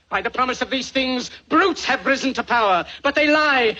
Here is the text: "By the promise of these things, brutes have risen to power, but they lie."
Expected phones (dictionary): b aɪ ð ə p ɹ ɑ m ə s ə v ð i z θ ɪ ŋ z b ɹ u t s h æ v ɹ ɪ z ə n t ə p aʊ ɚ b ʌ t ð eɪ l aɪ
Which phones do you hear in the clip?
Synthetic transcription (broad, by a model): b aɪ ð ə p ɹ ɑ m ə s ə v ð i z θ ɪ ŋ z b ɹ u t s h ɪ v ɹ ɪ z n t ə p aʊ ɚ b ʌ t ð eɪ l aɪ